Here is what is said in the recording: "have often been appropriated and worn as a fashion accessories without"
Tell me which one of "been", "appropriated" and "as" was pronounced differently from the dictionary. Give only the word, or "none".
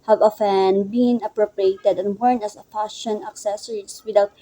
as